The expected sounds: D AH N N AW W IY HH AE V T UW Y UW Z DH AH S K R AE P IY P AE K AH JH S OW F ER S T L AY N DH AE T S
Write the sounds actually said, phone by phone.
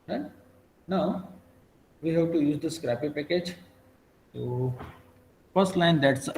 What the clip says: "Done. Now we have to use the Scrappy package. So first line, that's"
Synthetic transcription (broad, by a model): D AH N N AW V IY HH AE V T UW Y UW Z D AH S K R AE P IY P AE K AH JH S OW F ER S T L AY N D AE T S